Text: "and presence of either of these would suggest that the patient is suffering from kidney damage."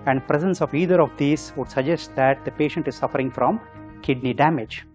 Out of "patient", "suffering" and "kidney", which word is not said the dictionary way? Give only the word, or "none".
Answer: none